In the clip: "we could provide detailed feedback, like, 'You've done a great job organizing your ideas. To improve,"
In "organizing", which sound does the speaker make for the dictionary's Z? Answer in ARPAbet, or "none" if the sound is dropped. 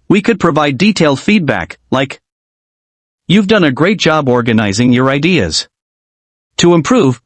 Z